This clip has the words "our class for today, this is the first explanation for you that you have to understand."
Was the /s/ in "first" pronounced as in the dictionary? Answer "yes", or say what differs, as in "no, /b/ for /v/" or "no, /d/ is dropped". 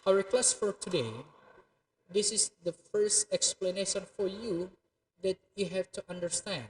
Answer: yes